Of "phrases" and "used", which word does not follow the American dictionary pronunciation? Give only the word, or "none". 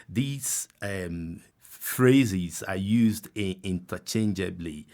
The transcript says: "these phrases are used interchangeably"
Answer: none